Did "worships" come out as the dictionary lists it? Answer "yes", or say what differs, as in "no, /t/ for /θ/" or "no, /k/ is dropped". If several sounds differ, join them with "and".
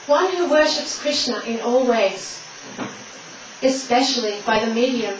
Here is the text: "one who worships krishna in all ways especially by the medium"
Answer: yes